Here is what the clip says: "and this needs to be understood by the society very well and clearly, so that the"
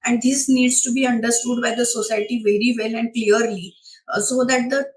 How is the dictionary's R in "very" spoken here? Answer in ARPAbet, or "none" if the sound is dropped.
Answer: R